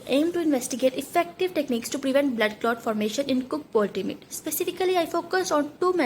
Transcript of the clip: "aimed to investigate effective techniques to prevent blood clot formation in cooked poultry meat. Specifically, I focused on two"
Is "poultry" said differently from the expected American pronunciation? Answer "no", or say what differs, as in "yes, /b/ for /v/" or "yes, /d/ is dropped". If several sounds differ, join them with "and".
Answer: yes, /ɹ/ is dropped